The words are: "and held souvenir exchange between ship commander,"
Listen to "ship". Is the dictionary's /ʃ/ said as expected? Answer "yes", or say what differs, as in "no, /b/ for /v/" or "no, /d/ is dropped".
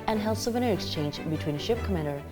yes